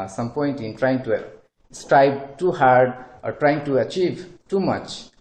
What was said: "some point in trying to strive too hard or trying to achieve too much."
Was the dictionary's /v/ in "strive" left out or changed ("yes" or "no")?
yes